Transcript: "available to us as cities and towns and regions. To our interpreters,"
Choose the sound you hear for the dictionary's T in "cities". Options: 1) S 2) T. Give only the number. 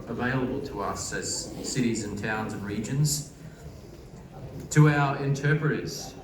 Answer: 2